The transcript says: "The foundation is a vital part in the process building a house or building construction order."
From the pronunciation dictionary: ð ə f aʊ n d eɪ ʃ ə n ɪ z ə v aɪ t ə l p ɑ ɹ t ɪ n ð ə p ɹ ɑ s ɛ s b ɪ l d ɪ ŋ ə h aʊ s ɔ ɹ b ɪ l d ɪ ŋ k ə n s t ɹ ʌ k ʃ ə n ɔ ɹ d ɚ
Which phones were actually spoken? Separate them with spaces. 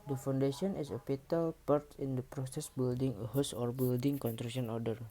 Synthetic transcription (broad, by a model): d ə f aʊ n d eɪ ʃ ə n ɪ s ə p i t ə l p ɑ ɹ t ɪ n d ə p ɹ ɑ s ɛ s b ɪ l d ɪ ŋ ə h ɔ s ɔ ɹ b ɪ l d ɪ ŋ k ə n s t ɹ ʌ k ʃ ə n ɔ ɹ d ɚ